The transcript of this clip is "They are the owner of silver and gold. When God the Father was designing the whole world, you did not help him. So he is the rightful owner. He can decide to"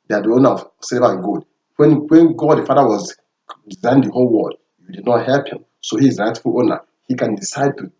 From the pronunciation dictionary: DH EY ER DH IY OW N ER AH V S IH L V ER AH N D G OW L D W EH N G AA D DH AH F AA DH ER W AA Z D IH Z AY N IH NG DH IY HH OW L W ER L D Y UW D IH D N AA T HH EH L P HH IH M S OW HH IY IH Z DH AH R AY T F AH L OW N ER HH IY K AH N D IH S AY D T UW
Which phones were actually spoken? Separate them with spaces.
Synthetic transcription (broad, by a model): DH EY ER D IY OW N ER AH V S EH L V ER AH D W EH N W EH N G AA D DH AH F AA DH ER W AA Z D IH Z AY IH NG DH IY HH OW L W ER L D Y UW D IH D N AA T HH EH L P HH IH M S OW HH IY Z R AY T F AH L OW N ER HH IY K AH N D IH S AY D T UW